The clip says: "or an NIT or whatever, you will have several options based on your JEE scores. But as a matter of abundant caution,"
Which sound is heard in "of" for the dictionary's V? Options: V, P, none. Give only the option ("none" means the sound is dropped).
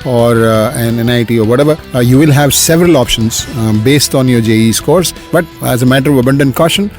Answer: V